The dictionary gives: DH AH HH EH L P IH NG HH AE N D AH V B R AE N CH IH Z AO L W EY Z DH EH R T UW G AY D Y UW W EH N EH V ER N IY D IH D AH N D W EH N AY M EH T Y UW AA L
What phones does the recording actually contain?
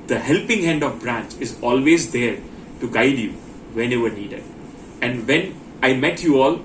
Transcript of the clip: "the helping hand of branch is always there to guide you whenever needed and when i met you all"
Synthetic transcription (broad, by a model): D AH HH EH L P IH NG HH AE N D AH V B R AE N CH IH Z AO L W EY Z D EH R T UW G AY D Y UW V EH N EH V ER N IY D IH D AH N D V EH N AY M EH T Y UW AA L